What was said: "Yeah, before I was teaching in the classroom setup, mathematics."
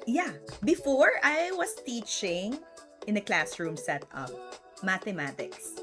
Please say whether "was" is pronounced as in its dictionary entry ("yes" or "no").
no